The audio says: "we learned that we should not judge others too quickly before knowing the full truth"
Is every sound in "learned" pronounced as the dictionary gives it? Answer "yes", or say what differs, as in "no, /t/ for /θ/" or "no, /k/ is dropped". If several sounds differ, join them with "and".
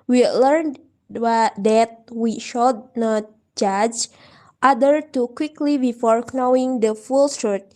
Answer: yes